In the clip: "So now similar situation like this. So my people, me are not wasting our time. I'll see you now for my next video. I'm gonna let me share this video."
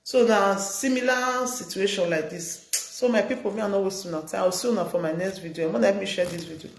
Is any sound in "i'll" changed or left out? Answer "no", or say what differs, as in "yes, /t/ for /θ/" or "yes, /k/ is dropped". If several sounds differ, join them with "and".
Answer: yes, /w/ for /l/